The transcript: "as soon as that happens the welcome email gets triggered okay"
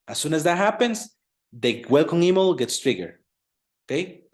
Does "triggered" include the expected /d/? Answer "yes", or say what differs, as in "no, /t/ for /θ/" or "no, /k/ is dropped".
no, /d/ is dropped